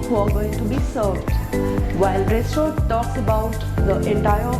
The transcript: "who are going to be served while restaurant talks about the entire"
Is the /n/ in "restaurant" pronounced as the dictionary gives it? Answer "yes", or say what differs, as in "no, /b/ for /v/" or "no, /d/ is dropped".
no, /n/ is dropped